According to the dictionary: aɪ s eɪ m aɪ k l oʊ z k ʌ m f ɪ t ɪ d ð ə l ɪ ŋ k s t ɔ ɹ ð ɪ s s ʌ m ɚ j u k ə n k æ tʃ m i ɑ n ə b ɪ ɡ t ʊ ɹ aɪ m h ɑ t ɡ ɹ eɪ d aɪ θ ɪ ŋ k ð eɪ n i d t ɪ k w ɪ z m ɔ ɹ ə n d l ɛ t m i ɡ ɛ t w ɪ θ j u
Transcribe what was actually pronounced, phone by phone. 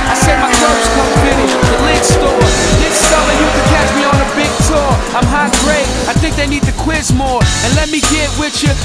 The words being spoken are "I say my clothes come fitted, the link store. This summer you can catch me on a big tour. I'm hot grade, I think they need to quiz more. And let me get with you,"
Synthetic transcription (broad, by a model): aɪ s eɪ m aɪ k oʊ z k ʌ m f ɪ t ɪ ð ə l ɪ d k s t ɔ ɹ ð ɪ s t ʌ ɚ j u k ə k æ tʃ m i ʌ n ə b ɪ ɡ t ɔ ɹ aɪ m h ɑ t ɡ ɹ eɪ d aɪ θ ɪ ŋ k ð eɪ n i d t ɪ k w ɪ z m ɔ ɹ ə n l ɛ t m i ɡ ɛ t w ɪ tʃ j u